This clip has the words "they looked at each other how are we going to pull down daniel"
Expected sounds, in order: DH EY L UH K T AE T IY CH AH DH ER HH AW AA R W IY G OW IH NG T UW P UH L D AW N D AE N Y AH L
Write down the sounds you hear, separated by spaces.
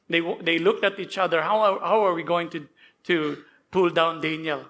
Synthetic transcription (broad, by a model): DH EY L UH K T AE T IY CH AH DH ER HH AW AA R W IY G OW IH NG T UW P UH L D AW N D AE N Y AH L